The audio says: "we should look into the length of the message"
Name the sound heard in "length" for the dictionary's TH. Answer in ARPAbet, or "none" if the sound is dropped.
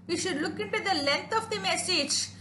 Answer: T